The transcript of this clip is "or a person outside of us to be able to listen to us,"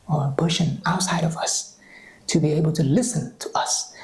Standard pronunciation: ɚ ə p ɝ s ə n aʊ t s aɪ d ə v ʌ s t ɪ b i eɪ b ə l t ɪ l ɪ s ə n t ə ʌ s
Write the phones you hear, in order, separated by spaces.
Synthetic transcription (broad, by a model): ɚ ə b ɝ ʃ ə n aʊ t s aɪ d ə v ʌ s t ɪ b i eɪ b ə l t ɪ l ɪ s ə n t ə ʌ s